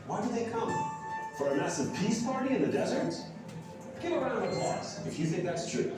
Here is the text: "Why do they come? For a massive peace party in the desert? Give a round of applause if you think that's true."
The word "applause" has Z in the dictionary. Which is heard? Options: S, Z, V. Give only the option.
S